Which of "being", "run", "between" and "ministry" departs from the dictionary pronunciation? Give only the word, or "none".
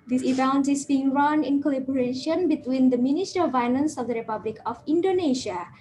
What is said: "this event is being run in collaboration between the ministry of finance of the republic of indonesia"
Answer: ministry